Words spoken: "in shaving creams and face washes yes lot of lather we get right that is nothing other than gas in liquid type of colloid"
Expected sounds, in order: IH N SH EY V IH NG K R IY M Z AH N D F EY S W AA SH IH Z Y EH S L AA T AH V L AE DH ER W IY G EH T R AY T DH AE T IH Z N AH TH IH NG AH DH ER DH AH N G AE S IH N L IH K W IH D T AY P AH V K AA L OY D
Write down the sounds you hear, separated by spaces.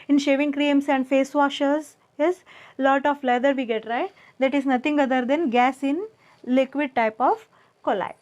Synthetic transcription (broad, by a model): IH N SH EY V IH NG K R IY M S AH N D F EY S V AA SH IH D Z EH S L AA T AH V L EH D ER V IY G EH T R AY T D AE T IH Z N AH T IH NG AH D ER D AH N G AE S IH N L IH K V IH D T AY P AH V K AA L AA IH